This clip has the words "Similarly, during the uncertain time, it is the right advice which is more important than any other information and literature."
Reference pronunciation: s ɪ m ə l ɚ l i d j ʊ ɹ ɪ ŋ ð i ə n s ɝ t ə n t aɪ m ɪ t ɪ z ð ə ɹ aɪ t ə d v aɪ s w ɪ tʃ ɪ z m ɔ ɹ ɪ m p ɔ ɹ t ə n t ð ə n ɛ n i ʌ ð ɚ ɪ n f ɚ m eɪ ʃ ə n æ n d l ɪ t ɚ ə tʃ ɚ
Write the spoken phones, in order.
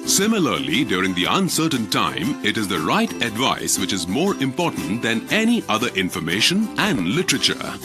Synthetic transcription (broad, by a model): s ɪ m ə l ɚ l i d j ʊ ɹ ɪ ŋ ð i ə n s ɝ t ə n t aɪ m ɪ t ɪ z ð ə ɹ aɪ t ə d v aɪ s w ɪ tʃ ɪ z m ɔ ɹ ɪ m p ɔ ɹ t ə n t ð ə n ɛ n i ʌ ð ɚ ɪ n f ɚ m eɪ ʃ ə n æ n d l ɪ t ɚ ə tʃ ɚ